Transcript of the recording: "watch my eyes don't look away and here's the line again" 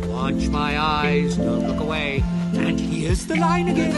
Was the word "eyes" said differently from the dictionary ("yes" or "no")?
no